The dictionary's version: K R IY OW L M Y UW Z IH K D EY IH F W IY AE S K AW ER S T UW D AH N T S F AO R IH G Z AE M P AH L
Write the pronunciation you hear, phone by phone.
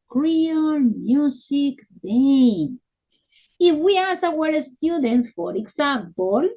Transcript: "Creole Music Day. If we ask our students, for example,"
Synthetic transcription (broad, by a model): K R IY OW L M Y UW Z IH K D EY IH F W IY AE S AW ER S T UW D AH N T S F AO R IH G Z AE M P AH L